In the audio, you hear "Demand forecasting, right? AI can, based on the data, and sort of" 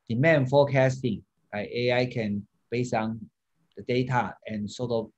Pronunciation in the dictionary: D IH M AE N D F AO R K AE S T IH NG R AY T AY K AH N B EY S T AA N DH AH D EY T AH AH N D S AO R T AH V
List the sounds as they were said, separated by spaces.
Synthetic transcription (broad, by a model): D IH M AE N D F AO K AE S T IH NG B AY AY K AH N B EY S AA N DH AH D EY T AH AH N S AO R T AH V